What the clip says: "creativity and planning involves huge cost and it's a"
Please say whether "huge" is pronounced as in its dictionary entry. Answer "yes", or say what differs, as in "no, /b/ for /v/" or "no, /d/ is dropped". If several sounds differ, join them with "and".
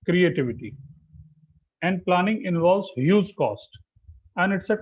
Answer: no, /z/ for /dʒ/